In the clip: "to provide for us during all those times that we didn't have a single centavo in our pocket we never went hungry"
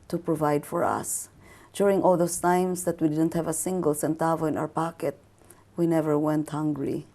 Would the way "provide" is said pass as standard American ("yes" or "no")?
yes